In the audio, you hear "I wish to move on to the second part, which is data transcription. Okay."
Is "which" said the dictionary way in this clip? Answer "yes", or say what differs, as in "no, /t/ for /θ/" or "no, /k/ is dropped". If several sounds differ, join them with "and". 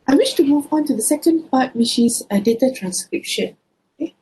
no, /ʃ/ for /tʃ/